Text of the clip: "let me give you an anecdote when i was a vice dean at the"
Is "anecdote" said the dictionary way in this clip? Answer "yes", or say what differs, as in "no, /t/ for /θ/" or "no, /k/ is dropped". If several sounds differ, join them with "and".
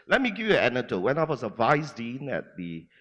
no, /k/ is dropped